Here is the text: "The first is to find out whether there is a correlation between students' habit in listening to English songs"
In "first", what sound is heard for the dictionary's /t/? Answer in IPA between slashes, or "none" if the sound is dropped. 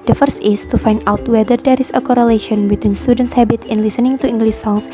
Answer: /t/